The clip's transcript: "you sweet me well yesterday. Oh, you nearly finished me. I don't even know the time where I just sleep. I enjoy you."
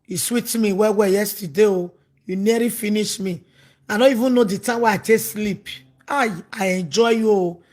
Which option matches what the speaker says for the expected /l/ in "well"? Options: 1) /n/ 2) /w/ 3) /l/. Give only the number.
2